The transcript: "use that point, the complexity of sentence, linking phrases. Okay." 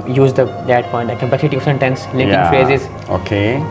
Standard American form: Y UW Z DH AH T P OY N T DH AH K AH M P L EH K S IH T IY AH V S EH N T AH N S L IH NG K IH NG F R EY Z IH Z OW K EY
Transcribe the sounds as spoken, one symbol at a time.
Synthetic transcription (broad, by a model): Y UW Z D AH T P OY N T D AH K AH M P EH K S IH T IY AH F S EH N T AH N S L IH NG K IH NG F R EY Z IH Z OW K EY